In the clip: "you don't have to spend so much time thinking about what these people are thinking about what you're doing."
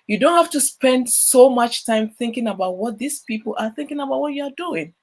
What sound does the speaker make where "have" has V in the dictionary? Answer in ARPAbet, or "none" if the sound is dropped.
F